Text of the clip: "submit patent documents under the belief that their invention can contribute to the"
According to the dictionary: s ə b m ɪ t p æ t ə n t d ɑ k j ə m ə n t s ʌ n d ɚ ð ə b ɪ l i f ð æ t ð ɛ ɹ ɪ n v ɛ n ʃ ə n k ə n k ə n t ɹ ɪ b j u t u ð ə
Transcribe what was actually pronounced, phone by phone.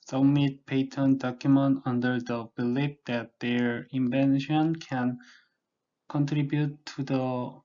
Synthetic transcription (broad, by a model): s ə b m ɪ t p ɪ t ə n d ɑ k j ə m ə n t ʌ n d ɚ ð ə b ɪ l i f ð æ t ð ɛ ɹ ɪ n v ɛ n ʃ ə n k ə n k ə n t ɹ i b j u t u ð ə